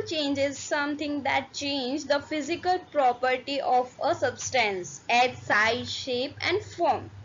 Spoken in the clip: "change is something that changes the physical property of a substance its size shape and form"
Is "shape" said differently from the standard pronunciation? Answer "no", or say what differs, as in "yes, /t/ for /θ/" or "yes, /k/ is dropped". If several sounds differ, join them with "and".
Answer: no